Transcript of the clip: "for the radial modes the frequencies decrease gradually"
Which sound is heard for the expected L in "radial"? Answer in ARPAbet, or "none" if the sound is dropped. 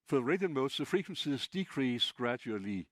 N